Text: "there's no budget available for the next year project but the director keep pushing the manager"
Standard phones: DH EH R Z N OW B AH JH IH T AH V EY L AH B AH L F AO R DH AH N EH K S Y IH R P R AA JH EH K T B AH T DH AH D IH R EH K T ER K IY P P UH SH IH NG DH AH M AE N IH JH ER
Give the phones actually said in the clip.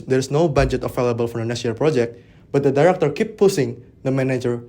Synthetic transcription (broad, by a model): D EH R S N OW B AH JH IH T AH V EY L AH B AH L F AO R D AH N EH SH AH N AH L P R AA JH EH K T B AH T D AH D IH R EH K T ER K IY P P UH S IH NG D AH M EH N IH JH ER